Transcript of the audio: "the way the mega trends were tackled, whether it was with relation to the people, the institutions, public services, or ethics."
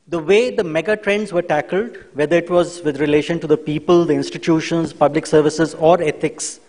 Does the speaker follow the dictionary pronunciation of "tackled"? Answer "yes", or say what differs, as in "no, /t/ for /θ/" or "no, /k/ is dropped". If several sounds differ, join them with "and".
yes